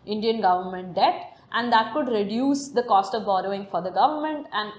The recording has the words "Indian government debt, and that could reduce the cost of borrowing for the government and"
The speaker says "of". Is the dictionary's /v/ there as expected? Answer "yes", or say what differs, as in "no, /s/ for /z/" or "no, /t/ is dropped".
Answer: yes